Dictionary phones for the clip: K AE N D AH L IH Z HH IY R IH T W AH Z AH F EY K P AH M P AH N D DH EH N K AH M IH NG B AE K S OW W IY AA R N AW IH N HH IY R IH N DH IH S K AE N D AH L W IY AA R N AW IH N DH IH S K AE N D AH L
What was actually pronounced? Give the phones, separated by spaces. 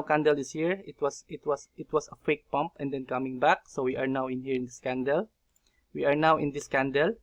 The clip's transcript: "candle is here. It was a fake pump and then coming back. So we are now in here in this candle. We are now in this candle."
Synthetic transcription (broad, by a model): K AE N D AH L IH S HH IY R IH T W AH S AH F EY K P AH M P AH N D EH N K AH M IH NG B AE K S OW W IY AA R N AW IH N HH IY R IH N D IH S K AE N D AH L W IY AA R N AW IH N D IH S K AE N D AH L